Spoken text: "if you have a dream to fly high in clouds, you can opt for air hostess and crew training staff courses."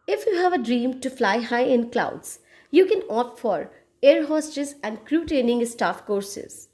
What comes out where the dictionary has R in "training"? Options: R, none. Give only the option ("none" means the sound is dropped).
none